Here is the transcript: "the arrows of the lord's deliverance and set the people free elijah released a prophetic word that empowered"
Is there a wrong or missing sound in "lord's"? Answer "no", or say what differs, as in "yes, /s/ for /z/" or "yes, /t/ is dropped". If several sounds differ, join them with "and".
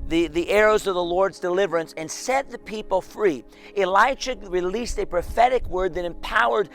no